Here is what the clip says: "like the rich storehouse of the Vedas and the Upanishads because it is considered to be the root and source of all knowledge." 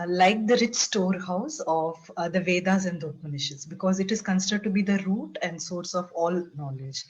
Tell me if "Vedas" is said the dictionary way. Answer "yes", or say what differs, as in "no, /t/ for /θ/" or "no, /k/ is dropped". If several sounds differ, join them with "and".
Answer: yes